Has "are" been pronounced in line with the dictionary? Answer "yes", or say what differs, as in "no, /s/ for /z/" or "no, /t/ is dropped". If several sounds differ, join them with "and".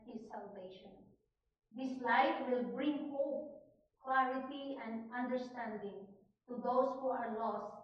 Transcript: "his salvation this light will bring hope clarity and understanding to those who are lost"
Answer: no, /w/ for /ɹ/